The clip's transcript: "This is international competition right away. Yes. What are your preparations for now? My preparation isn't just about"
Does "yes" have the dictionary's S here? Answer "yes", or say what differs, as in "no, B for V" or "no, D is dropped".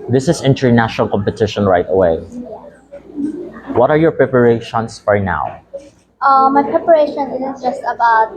no, S is dropped